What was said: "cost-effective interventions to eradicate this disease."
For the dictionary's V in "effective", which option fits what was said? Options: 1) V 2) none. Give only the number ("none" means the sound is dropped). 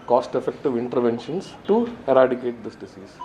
1